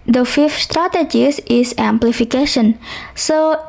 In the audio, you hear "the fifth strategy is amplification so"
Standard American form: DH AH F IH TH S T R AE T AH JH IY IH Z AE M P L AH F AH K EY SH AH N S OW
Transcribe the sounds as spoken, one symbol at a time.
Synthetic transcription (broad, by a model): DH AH F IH F S T R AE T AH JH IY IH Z AE M P L AH F AH K EY SH AH N S OW